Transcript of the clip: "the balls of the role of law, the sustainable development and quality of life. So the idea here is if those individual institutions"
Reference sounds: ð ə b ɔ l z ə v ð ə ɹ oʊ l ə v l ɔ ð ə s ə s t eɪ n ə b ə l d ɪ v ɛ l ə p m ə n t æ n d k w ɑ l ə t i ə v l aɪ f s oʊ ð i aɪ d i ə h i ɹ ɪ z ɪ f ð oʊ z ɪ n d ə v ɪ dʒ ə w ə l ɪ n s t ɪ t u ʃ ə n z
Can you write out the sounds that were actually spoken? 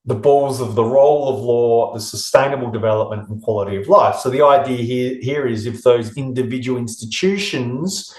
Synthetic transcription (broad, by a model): ð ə b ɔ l z ə v ð ə ɹ oʊ l ə v l ɔ ð ə s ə s t eɪ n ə b l d ɪ v ɛ l ə p m ə n t n k w ɑ l ə t i ə v l aɪ f s oʊ ð i aɪ d i ə h i ɹ ɪ z ɪ f ð oʊ z ɪ n d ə v ɪ dʒ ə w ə l ɪ n s t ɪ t u ʃ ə n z